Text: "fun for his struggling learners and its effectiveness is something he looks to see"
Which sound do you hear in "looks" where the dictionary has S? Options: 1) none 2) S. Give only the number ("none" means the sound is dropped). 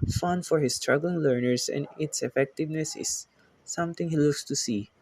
2